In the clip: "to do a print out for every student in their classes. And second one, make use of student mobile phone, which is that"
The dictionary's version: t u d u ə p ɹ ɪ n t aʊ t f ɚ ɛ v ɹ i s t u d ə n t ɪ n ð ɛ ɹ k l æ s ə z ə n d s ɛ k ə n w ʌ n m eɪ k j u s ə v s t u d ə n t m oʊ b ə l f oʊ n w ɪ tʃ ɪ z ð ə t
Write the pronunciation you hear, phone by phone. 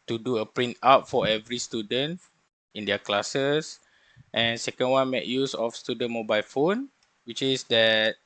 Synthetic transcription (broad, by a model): t u d u ə p ɹ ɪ n t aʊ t f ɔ ɛ v ɹ i s t u d ə n t ɪ n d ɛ k l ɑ s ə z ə n s ɛ k ə n w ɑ n m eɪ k j u s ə f s t u d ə n m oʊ b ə l f oʊ n w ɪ tʃ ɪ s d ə t